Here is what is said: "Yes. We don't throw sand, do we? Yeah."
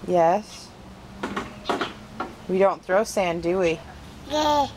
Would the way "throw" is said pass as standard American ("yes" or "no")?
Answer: yes